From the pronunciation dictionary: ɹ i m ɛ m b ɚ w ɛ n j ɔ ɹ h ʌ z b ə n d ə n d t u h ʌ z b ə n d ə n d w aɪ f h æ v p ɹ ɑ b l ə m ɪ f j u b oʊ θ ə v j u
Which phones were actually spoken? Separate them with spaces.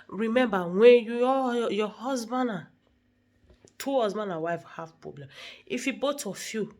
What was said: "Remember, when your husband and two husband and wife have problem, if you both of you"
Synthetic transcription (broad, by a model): ɹ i m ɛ m b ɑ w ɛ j j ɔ h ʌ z b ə n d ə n t u h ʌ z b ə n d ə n w aɪ f h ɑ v p ɹ ɑ b l ə m ɪ f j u b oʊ t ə f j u